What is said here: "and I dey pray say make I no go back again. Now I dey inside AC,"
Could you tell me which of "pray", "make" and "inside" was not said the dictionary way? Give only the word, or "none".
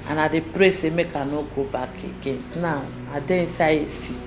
inside